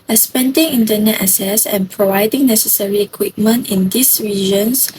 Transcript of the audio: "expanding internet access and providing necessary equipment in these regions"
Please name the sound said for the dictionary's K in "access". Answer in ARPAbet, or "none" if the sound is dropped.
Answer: none